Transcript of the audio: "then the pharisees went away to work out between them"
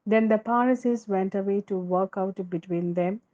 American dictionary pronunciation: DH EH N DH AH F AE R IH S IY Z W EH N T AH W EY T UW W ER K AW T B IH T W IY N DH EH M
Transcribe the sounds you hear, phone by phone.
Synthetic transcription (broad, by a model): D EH N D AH P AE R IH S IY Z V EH N T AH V EY T UW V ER K AW T B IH T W IY N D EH M